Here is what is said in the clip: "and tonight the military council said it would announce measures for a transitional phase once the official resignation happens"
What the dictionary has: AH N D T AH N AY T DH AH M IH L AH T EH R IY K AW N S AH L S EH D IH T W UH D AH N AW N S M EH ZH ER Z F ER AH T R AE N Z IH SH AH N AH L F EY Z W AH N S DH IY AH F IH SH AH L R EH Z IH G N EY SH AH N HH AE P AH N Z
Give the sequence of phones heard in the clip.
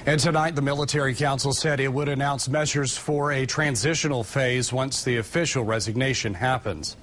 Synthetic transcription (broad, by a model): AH N T AH N AY T DH AH M IH L AH T EH R IY K AW N S L S EH D IH T W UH D AH N AW N S M EH ZH ER Z F ER AH T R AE N Z IH SH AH N L F EY Z W AH N S DH IY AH F IH SH L R EH Z IH G N EY SH AH N HH AE P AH N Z